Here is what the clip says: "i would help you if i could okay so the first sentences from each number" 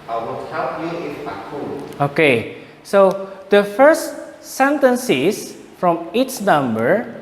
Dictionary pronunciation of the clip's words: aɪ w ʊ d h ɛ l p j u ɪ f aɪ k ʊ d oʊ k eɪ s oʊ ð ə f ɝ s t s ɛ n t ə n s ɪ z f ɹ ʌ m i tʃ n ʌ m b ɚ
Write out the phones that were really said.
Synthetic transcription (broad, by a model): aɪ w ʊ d h ɛ l p j u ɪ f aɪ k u oʊ k eɪ s oʊ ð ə f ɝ s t s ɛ n t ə n s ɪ s f ɹ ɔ m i s n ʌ m b ɚ